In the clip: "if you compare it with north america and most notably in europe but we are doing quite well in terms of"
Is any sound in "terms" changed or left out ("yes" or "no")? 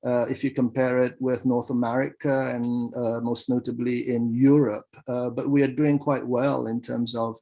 no